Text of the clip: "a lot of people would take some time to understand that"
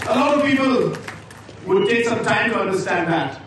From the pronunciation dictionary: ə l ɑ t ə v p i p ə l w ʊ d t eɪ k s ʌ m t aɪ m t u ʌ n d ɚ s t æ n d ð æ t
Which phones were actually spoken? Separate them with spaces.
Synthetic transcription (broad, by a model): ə l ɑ ə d p i p ə l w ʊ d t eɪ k s ʌ m t aɪ m t u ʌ n d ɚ s t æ n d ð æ t